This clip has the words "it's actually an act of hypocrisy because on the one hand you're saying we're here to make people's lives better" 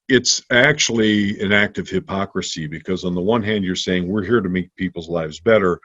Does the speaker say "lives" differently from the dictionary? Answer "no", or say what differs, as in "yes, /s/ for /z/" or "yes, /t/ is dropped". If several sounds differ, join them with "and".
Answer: no